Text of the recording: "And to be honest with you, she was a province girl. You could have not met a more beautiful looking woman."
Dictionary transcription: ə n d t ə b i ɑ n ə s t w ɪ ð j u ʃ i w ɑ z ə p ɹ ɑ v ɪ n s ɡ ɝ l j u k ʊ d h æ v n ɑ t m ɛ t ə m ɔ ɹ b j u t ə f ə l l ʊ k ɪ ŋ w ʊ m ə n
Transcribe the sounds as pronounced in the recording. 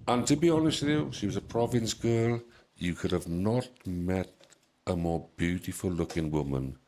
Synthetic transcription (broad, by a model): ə n t ə b i ɑ n ə s t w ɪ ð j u ʃ i w ɑ z ə p ɹ ɑ v ɪ n s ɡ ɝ l j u k ʊ d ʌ v n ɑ t m ɛ t ə m ɔ b j u t ə f ə l l ʊ k ɪ ŋ w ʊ m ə n